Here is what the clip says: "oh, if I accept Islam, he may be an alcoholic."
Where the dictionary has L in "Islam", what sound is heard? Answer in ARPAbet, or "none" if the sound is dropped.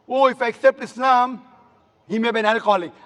N